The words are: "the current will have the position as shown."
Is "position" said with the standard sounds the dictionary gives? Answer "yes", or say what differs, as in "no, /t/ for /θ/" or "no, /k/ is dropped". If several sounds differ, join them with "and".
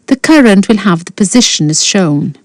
yes